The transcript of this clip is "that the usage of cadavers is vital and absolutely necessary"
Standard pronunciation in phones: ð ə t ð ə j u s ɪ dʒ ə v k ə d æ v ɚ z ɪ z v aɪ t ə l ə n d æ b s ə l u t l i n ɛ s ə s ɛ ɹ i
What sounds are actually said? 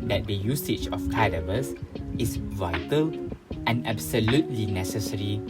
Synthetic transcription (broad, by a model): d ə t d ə j u s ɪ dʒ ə f k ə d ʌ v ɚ s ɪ s v aɪ t ə l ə n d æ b s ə l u t l i n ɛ s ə s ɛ ɹ i